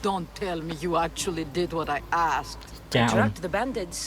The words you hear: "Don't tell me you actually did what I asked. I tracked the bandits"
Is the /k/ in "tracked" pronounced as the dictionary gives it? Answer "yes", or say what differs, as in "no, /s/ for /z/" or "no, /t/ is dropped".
no, /k/ is dropped